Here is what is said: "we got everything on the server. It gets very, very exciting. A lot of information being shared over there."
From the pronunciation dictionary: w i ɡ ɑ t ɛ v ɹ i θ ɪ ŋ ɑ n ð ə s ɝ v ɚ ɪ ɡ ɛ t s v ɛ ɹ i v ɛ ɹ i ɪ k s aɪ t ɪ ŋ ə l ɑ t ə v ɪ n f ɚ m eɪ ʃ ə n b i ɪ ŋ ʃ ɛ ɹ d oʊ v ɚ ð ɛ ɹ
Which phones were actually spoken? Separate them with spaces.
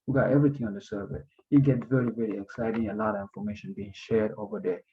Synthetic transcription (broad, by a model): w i ɡ ɑ t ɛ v ɹ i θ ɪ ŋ ɑ n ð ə s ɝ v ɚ ɪ ɡ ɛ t v ɛ ɹ i v ɛ ɹ i ɪ k s aɪ t ɪ ŋ ə l ɑ t ə v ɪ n f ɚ m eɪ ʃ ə n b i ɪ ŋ ʃ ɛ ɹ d oʊ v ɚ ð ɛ